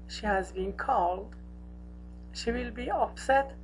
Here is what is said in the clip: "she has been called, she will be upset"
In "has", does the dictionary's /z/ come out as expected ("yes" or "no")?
yes